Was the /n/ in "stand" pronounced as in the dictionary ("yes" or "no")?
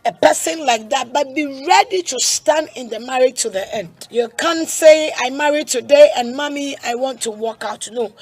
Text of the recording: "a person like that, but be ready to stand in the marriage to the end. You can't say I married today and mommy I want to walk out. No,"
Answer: yes